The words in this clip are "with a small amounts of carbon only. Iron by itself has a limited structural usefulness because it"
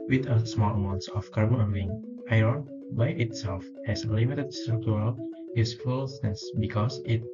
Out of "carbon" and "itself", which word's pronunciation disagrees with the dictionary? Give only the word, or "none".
carbon